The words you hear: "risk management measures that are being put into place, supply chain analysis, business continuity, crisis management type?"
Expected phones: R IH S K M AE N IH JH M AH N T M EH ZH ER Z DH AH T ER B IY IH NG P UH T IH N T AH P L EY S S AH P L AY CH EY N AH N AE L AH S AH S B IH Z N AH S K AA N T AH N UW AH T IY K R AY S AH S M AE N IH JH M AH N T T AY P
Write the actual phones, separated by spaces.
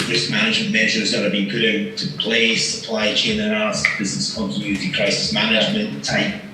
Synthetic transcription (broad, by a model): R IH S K M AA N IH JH M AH N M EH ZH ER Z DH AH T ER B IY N P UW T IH T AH P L EY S S AH P L AY CH EY N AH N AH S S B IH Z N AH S K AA N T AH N UW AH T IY K R AY S AH S M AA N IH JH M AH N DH T AY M